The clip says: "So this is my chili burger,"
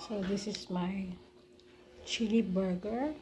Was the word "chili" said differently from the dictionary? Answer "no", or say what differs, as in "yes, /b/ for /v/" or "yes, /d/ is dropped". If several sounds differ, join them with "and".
no